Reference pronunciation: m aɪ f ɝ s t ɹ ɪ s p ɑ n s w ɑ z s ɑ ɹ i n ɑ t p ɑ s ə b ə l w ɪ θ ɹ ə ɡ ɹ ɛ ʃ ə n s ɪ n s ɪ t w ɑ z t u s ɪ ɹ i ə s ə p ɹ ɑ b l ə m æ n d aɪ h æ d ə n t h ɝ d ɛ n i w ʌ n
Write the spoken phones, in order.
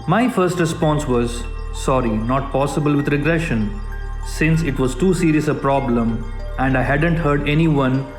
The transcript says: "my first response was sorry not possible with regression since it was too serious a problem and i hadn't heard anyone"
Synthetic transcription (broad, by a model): m aɪ f ɝ s t ɹ ɪ s p ɑ n s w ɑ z s ɑ ɹ i n ɑ t p ɑ s ə b ə l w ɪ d ɹ ə ɡ ɹ ɛ ʃ ə n s ɪ n s ɪ t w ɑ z t u s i ɹ i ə s ə p ɹ ɑ b l ə m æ n d aɪ h æ d ə n t h ɝ d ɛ n i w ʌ n